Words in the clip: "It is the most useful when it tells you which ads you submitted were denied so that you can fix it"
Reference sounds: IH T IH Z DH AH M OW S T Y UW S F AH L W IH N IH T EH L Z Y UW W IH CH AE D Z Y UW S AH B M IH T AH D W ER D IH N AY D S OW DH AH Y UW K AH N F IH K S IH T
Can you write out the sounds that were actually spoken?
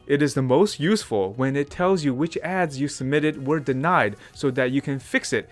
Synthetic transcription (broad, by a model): IH T IH Z DH AH M OW S T Y UW S F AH L W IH N IH T EH L Z Y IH W IH CH AE D Z Y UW S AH B M IH T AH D W ER D IH N AY D S OW DH AH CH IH K AH N F IH K S IH T